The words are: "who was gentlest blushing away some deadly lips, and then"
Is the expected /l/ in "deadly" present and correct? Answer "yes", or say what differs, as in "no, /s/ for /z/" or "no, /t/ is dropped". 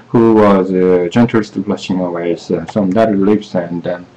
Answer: no, /l/ is dropped